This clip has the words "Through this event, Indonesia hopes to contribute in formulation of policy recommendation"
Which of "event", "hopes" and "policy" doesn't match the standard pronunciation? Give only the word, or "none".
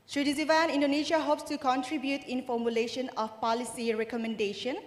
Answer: event